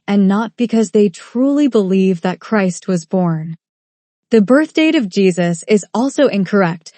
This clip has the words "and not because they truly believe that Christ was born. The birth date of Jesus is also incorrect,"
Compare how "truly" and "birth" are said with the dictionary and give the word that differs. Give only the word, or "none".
none